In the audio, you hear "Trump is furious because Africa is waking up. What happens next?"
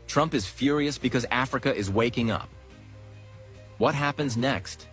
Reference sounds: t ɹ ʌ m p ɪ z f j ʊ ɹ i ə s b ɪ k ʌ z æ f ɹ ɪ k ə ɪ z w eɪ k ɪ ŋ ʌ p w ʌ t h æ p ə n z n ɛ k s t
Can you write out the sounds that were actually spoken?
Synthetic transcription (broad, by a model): t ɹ ʌ m p ɪ z f j ʊ ɹ i ə s b ɪ k ʌ z æ f ɹ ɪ k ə ɪ z w eɪ k ɪ ŋ ʌ p w ʌ t h æ p ə n z n ɛ k s t